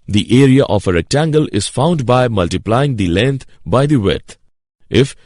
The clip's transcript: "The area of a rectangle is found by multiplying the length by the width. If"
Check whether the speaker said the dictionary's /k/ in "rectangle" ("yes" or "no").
yes